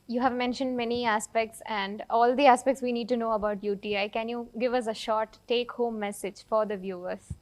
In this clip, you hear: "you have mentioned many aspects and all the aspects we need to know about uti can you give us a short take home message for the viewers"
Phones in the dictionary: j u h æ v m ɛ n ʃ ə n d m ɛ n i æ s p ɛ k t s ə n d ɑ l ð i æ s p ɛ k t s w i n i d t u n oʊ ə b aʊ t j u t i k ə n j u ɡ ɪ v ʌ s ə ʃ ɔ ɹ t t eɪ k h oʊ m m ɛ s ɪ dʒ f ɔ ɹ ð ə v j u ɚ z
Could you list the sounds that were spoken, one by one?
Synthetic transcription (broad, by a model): j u h æ v m ɛ n ʃ ə n d m ɛ n i æ s p ɛ k t s ə n d ɑ l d i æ s p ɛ k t s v i n i d t u n oʊ ə b aʊ t j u t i k ə n j u ɡ ɪ v ʌ s ə ʃ ɔ ɹ t t eɪ k h oʊ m m ɛ s ɪ dʒ f ɔ ɹ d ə v j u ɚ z